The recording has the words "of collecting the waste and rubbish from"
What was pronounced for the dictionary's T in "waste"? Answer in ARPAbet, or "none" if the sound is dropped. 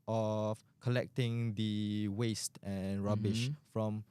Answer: T